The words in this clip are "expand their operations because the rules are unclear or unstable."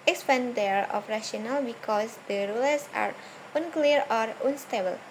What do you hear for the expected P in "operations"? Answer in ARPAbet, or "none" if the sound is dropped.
F